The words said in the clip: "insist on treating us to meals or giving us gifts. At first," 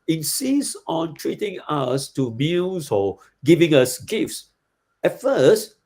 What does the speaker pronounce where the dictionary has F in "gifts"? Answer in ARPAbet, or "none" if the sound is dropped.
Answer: F